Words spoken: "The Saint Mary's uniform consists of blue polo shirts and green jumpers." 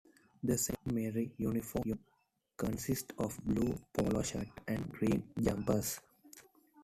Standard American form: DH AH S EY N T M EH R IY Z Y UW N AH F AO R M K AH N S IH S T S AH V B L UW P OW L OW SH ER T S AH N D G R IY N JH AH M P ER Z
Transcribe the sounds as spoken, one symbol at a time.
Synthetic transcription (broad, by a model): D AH S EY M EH R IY Y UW N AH F AO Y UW K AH N S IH S T AH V B L UW P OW L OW SH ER T AH N D G R IY N JH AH M P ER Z